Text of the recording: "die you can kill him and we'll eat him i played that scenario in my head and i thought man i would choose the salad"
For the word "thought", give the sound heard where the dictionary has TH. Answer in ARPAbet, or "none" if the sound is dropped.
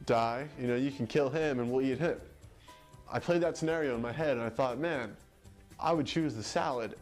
TH